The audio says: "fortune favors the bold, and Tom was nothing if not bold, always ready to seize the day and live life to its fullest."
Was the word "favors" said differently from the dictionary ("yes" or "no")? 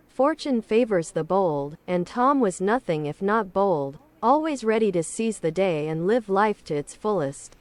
no